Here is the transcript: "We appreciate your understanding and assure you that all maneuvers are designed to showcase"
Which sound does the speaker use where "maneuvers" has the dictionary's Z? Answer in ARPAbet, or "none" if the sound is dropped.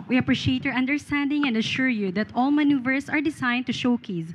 S